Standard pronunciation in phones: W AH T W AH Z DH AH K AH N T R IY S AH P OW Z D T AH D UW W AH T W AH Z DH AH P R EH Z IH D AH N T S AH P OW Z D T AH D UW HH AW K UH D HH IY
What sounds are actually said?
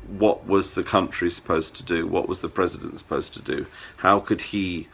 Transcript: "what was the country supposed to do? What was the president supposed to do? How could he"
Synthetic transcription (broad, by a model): W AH T W AH Z DH AH K AH N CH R IY S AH P OW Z T AH D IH W AH T W AH Z DH AH P R EH Z IH D AH N T S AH P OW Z T AH D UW HH AW K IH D IY